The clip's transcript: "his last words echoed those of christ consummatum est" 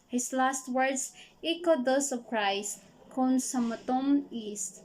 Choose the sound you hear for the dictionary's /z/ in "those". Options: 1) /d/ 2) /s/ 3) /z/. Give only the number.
2